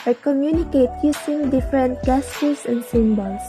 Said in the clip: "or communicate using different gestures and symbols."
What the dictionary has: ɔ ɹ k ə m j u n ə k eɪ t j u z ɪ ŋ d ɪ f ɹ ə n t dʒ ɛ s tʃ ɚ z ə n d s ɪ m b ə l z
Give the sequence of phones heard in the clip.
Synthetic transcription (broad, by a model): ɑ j k ə m j u n ə k eɪ t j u s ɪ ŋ d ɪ f ɹ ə n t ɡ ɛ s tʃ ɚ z ə n d s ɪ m b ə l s